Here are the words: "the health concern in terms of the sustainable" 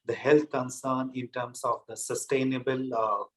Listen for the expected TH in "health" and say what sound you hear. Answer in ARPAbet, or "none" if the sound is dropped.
T